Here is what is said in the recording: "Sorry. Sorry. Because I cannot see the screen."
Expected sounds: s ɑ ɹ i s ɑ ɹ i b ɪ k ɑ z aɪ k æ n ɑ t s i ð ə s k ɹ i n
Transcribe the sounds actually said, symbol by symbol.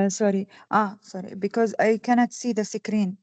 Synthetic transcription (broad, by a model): s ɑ ɹ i s ɑ ɹ i b ɪ k ɑ z aɪ k æ n ɑ t s i ð ə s k ɹ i n